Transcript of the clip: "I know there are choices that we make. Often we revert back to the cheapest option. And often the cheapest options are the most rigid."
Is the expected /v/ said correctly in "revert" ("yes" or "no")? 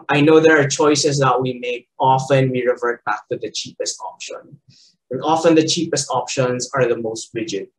yes